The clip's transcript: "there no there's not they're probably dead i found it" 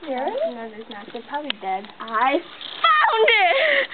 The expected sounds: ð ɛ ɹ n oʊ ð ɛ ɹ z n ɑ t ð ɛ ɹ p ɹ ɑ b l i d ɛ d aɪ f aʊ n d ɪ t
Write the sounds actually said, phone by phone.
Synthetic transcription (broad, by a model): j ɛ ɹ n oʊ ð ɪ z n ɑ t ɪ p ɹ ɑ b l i d ɛ d aɪ f aʊ n d ɪ t